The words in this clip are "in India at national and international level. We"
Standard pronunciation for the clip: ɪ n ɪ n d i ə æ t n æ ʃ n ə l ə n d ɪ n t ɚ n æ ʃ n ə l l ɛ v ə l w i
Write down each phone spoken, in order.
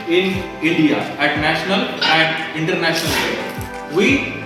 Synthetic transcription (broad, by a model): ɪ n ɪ n d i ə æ t n æ ʃ n ə l ə n d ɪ n t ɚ n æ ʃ n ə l l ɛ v i